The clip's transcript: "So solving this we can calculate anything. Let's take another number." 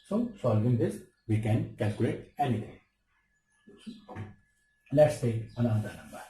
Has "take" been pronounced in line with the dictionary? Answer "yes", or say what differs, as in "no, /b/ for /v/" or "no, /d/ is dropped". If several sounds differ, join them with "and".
no, /k/ is dropped